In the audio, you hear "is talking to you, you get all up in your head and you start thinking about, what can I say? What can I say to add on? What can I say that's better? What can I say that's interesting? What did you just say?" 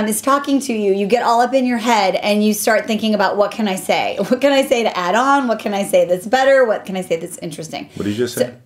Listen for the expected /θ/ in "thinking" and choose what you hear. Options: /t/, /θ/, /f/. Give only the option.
/θ/